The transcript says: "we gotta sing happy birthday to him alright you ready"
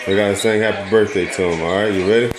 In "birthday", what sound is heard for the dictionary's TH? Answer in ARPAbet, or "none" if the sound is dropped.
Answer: TH